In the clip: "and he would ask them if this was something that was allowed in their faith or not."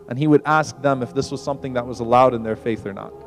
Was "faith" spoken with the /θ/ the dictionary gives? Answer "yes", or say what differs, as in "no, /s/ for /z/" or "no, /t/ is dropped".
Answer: yes